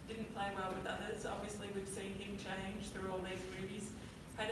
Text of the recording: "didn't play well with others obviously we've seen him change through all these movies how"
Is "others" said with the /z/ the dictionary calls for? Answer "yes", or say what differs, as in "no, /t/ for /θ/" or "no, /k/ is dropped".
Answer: yes